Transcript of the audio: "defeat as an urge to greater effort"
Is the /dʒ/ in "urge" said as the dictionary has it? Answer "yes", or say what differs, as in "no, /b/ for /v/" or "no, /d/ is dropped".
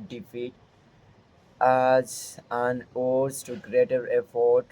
no, /z/ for /dʒ/